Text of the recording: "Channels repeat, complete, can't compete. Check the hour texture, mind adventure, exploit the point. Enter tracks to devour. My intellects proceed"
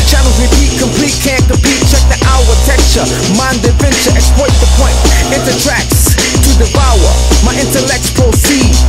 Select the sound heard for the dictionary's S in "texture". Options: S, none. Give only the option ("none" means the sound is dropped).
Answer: none